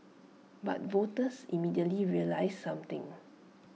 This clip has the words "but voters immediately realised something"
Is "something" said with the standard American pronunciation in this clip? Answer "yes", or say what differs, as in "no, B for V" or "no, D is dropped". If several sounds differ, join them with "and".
no, T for TH